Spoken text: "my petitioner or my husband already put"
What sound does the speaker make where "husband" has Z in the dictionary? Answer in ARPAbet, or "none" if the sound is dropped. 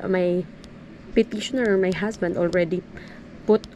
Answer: S